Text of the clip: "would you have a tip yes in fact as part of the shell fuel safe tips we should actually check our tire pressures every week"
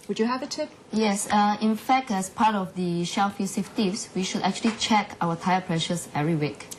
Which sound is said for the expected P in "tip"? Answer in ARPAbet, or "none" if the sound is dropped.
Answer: P